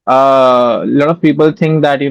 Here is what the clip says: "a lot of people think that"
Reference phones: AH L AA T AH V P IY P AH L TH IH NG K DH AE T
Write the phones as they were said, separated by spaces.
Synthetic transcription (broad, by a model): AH L AA T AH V P IY P AH L T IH NG K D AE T